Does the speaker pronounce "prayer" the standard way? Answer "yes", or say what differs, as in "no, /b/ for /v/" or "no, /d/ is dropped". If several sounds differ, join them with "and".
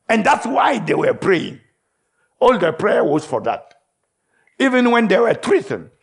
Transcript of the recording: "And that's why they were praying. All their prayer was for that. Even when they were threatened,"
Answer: yes